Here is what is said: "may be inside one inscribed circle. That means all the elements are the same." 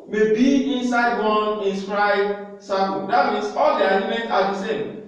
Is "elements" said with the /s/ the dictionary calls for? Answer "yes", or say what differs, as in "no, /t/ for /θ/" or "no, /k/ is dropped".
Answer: no, /s/ is dropped